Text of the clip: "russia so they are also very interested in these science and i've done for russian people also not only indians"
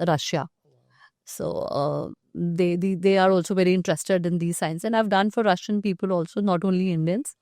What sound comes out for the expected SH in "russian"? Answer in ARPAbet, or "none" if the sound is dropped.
SH